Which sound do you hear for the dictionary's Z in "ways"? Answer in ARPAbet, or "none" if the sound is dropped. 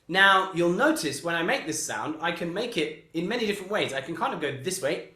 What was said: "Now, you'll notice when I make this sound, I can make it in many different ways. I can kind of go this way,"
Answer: Z